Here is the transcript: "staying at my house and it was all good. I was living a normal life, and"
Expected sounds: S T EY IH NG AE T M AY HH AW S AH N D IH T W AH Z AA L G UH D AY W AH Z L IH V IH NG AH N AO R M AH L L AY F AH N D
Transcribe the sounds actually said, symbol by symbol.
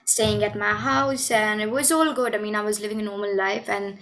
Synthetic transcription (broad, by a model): S T EY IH NG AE T M AY HH AW S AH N IH T W AH Z AA L G UH D AY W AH Z L IH V IH NG AH N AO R M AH N L AY F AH N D